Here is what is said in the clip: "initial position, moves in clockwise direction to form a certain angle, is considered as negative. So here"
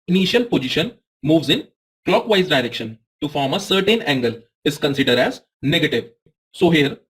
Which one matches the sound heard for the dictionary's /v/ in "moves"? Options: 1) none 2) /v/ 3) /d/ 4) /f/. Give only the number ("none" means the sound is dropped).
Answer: 2